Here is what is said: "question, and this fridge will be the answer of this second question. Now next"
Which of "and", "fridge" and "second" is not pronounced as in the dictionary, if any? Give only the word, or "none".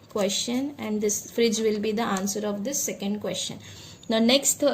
none